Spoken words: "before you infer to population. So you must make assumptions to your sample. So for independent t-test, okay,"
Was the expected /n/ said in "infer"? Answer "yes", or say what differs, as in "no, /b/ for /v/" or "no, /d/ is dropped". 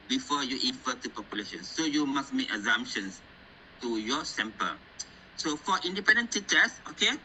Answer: no, /n/ is dropped